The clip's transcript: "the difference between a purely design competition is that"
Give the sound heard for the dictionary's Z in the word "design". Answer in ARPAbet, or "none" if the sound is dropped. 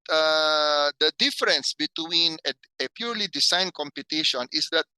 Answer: S